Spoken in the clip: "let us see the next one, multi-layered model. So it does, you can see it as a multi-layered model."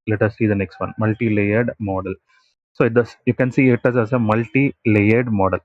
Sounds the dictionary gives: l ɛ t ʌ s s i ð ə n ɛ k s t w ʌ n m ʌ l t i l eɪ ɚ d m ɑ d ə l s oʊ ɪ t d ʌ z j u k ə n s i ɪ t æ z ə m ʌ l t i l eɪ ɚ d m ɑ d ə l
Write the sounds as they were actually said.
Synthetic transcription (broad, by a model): l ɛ t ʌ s s i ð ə n ɛ k s t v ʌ n m ʌ l t i l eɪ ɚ d m ɑ d ə l s oʊ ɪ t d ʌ s j u k ə n s i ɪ t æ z ə m ʌ l t i l eɪ ɚ d m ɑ d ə l